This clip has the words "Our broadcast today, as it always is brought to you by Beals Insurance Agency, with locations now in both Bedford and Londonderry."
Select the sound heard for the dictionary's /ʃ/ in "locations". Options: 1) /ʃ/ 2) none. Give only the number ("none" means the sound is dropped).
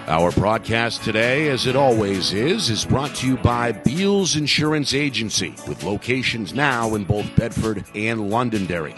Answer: 1